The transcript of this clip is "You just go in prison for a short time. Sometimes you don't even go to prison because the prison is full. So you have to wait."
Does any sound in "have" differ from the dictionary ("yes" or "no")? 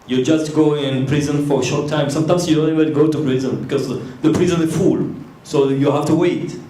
yes